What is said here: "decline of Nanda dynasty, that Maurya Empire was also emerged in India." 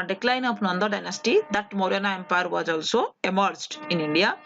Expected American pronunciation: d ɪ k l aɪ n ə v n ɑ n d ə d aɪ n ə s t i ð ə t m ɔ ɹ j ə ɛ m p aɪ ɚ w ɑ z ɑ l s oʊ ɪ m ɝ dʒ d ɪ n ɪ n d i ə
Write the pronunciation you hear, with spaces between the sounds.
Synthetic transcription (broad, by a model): d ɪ k l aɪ n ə p n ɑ n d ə d aɪ n ə s t i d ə t m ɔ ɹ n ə ɛ m p aɪ ɚ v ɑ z ɑ l s oʊ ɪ m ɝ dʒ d ɪ n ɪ n d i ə